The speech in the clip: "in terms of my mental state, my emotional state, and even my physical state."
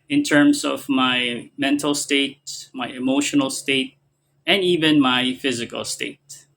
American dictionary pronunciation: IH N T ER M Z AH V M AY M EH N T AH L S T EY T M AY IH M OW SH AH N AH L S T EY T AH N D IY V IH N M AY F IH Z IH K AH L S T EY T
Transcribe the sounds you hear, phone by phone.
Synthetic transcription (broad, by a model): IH N T ER M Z AH V M AY M EH N T L S T EY T M AY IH M OW SH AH N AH L S T EY T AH N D IY V IH N M AY F IH Z IH K AH L S T EY T